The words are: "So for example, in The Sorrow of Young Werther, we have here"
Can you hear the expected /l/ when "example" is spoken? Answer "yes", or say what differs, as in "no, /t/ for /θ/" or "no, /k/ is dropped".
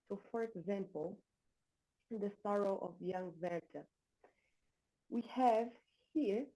yes